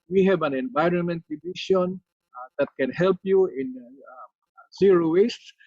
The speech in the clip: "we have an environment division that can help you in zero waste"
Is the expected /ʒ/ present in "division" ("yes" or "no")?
no